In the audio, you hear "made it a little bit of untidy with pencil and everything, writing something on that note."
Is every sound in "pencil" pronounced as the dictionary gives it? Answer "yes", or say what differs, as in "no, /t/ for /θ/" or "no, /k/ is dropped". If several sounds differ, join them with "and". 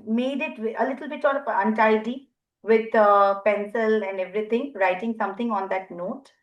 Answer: yes